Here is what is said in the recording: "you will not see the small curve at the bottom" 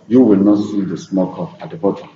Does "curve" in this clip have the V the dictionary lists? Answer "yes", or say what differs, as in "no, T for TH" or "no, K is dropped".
no, P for V